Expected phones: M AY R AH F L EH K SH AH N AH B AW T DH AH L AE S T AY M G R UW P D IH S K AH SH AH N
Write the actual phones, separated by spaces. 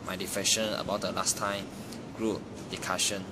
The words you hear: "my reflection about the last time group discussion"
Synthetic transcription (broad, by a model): M AY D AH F EH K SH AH N AH B AW T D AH L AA S T AY M G R UW P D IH K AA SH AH N